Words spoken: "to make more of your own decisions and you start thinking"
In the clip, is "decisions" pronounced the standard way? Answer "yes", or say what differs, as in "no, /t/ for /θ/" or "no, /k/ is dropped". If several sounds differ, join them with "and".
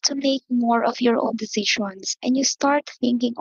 no, /ʃ/ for /ʒ/